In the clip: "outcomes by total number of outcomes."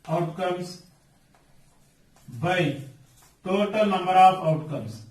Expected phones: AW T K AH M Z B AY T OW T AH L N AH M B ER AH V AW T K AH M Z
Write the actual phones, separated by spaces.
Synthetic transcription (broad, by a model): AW T K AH M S B AY T OW T AH L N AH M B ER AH P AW T K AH M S